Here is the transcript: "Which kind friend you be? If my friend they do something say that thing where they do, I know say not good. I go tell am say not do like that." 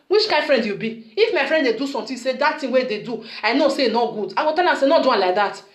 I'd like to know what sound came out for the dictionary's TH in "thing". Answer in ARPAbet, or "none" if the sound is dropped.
T